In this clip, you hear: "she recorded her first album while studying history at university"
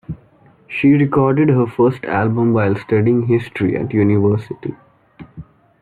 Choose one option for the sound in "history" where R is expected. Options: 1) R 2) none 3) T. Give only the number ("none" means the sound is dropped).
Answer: 1